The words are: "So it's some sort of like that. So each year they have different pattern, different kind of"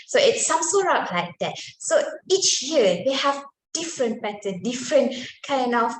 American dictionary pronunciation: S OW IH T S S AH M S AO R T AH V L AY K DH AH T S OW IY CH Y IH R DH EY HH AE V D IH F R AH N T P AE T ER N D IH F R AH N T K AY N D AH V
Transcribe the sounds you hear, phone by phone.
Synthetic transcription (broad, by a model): S OW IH T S S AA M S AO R AH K L AY K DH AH T S OW IY CH Y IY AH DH EY HH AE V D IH F R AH N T B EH T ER D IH F R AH N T K AY N D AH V